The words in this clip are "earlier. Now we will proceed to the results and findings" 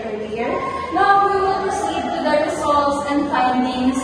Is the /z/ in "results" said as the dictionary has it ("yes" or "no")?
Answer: no